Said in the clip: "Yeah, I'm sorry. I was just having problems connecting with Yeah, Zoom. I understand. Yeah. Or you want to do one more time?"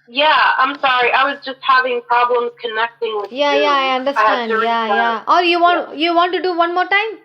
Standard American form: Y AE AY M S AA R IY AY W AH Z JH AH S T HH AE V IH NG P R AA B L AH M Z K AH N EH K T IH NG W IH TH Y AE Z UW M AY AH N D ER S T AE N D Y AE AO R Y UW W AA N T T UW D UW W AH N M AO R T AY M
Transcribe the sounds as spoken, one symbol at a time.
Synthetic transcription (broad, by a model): Y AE AY M S AA R IY AY W AH Z JH AH S T HH AE V IH NG P R AA B L AH M Z K AH N EH K T IH NG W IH Y AE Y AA AY AH N D ER S T AE N D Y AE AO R Y UW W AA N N T UW D UW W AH N M AO R T AY M